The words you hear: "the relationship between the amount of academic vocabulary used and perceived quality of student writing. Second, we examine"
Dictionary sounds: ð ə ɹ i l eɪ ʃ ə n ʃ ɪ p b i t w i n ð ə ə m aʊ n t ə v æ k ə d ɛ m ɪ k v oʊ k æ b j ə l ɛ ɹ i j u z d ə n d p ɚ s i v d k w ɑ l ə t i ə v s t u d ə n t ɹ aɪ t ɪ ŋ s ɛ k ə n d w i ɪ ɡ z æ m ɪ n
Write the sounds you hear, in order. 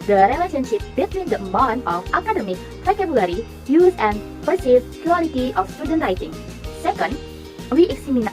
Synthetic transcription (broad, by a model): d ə ɹ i l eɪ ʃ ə n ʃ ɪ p b i t w i n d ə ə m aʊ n ə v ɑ k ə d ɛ m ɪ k f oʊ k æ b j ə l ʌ ɹ i j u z ə n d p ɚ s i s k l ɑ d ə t i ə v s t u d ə n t ɹ aɪ t ɪ ŋ s ɛ k ə n d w i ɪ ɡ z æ m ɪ n